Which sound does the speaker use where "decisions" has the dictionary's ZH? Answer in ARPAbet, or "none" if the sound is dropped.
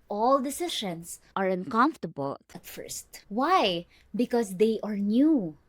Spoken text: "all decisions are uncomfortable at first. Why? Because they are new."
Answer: SH